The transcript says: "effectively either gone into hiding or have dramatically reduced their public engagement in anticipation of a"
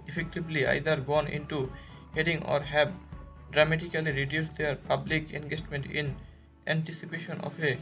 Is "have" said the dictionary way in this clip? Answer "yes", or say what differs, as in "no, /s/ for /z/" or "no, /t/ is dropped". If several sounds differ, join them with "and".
no, /b/ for /v/